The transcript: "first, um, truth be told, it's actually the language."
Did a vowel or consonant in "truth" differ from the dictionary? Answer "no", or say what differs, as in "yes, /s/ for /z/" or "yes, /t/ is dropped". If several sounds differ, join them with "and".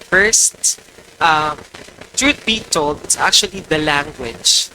yes, /t/ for /θ/